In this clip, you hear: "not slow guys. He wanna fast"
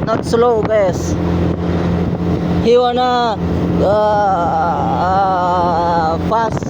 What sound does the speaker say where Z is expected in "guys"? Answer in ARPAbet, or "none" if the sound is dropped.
S